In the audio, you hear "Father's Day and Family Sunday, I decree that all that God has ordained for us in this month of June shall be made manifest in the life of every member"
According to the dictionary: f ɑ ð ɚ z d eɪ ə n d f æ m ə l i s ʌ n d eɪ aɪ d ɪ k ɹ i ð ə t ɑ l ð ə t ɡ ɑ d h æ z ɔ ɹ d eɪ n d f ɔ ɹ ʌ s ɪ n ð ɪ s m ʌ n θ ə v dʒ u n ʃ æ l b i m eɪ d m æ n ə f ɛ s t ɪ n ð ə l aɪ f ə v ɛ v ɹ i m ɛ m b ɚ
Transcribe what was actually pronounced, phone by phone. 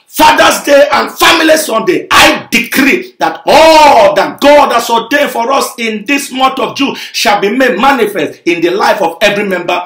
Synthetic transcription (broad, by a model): f ɑ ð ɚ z d eɪ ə n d f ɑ m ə l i s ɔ n d eɪ aɪ d ɪ k ɹ i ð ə t ɑ l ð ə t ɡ ɑ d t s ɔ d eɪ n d f ɔ ɹ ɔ s ɪ n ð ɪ s m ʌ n t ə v dʒ u ʃ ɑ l b i m eɪ d m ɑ n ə f ɛ s t ɪ n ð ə l aɪ f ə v ɛ v ɹ i m ɛ m b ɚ